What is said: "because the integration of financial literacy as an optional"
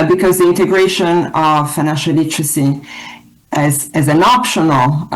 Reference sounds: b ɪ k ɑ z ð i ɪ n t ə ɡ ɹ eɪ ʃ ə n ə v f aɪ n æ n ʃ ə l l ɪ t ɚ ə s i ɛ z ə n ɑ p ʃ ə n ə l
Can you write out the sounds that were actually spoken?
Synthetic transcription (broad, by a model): b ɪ k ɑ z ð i ɪ n t ə ɡ ɹ eɪ ʃ ə n ə v f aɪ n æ n ʃ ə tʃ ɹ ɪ s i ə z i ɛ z ə n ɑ p ʃ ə n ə l